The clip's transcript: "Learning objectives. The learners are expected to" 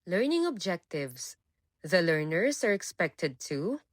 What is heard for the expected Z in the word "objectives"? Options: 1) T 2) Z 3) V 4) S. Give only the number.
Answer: 4